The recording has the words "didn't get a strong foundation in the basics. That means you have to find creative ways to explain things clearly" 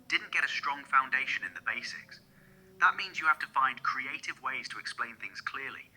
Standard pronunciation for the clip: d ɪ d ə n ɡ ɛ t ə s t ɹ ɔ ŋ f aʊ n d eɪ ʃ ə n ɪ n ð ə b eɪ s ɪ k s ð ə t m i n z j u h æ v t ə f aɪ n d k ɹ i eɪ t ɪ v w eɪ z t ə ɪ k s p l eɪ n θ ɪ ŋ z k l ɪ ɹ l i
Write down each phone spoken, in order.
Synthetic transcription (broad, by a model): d ɪ d n ɡ ɛ t ə s t ɹ ɔ ŋ f aʊ n d eɪ ʃ ə n ɪ n ð ə b eɪ s ɪ k s ð ə t m i n z j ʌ h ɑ f t ə f aɪ n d k ɹ i eɪ t ɪ v w eɪ z t ə ɪ k s p l eɪ n θ ɪ ŋ z k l ɪ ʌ l i